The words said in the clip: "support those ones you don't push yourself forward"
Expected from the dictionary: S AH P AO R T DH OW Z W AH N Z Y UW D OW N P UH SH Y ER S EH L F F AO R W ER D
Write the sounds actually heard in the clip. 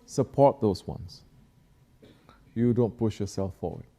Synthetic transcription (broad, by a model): S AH P AO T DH OW S W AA N S Y UW D OW N P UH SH Y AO S EH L F F AO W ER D